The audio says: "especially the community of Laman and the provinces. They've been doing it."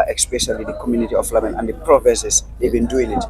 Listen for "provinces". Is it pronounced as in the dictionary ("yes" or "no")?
no